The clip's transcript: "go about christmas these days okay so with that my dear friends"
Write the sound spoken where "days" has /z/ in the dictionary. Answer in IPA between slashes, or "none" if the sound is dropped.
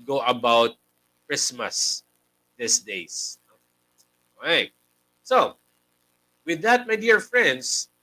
/s/